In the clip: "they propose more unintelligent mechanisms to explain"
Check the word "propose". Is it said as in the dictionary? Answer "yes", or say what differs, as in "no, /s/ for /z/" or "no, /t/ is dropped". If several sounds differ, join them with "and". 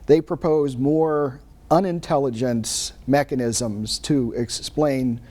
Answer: yes